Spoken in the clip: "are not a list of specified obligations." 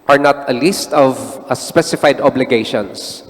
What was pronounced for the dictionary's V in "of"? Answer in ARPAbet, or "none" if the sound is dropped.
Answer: V